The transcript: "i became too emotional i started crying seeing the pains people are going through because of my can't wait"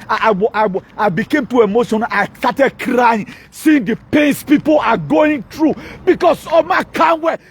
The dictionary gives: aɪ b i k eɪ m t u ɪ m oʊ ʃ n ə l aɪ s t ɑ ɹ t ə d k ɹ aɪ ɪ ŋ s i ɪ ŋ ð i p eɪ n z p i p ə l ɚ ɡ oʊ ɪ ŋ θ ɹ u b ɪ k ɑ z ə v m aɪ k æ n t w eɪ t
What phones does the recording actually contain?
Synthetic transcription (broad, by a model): aɪ b i k eɪ m t u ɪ m oʊ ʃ ə n aɪ s t ɑ t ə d k ɹ aɪ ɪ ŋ s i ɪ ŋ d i p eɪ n s p i p ə l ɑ ɡ oʊ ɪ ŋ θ ɹ u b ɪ k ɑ s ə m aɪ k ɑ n w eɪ